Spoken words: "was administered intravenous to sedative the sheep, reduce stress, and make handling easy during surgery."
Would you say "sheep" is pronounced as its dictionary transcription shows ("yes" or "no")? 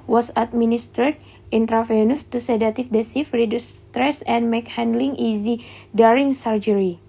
no